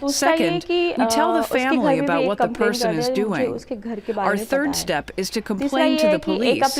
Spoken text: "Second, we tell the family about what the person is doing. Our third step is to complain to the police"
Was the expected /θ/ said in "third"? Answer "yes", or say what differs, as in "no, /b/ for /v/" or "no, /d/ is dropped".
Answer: yes